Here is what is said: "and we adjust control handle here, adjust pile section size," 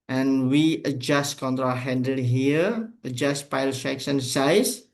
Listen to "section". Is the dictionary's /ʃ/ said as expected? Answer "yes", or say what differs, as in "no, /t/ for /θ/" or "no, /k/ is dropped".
no, /s/ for /ʃ/